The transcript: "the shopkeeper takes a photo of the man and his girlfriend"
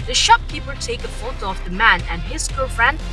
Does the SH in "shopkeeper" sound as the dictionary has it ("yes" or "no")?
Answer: yes